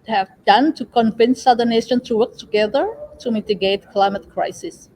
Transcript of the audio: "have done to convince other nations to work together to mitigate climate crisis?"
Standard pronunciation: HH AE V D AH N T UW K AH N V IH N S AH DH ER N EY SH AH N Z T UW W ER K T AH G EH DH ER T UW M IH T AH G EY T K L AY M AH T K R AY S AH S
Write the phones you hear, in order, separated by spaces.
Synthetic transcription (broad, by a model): HH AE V D AH N T UW K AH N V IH N S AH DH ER N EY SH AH N T UW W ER K T AH G EH DH ER T UW M IH T AH G EY T K L AY M AH T K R AY S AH S